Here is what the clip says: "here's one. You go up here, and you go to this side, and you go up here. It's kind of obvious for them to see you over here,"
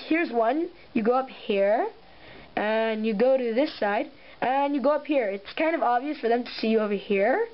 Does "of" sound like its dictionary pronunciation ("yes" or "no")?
yes